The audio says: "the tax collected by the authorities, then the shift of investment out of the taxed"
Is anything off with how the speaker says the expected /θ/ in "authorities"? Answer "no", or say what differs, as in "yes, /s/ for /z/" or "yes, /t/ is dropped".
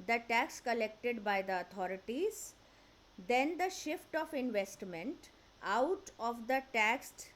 yes, /t/ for /θ/